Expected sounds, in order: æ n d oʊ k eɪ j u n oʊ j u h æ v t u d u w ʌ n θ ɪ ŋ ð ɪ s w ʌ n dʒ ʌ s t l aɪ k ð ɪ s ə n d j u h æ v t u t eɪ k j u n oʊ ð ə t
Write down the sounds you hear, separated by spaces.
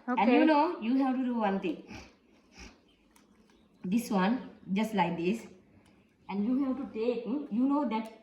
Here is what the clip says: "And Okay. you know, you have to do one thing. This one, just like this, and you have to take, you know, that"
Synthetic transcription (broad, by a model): oʊ eɪ j u n oʊ j u h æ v t u d u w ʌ n t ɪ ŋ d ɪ s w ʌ n dʒ ʌ s t l aɪ k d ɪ s ə n d j u h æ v t u t eɪ k j u n oʊ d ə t